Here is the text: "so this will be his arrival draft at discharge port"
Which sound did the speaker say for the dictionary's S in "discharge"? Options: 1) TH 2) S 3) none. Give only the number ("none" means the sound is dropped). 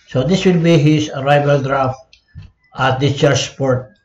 3